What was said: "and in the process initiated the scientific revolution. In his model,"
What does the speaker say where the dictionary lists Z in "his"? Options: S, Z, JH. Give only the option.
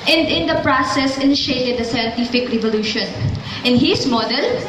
S